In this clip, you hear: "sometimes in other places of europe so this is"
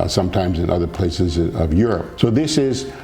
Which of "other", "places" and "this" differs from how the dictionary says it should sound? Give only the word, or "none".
none